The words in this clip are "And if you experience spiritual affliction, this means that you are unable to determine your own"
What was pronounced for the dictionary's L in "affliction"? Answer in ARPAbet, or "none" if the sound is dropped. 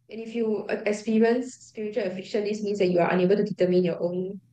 none